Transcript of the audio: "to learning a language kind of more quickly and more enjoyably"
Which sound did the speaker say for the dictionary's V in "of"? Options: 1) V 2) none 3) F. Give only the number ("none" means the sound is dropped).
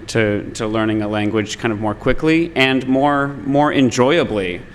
1